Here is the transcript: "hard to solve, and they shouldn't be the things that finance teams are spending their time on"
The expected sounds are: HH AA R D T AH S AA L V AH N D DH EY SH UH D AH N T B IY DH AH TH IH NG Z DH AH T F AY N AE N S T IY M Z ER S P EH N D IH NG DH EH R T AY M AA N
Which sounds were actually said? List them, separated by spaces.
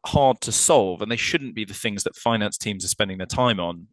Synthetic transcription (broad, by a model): HH AA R D T AH S AA L V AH N DH EY SH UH D N B IY DH AH TH IH NG Z DH AH T F AY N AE N S T IY M Z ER S P EH N D IH NG DH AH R T AY M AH N